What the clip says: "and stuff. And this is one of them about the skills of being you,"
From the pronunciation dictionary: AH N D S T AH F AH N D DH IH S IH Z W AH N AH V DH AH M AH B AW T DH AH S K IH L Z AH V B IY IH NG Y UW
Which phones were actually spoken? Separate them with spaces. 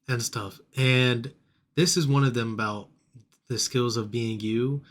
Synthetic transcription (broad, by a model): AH N S T AH F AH N DH IH S IH Z W AH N AH V DH AH M AH B AW T DH AH S K IH L Z AH V B IY IH NG Y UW